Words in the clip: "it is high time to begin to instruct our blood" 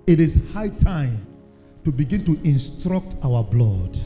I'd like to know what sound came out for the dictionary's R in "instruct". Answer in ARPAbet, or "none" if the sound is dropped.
R